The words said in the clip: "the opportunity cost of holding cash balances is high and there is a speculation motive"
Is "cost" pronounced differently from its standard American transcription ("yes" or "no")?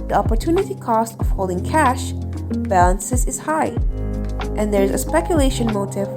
no